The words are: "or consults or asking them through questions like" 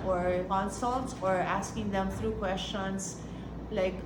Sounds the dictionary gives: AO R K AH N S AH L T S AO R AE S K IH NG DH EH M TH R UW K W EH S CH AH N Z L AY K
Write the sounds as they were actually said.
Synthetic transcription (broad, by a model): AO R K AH N S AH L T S AO R AE S K IH NG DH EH M T R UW K W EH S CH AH N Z L AY K